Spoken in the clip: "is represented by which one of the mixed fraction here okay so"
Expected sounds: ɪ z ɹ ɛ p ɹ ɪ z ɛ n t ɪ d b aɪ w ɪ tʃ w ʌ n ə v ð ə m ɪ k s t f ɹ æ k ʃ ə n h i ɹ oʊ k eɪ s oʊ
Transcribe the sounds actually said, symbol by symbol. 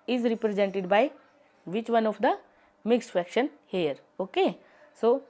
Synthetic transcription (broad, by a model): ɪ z ɹ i p ɹ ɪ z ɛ n t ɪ d b aɪ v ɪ tʃ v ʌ n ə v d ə m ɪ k s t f æ k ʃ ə n h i ɹ oʊ k eɪ s oʊ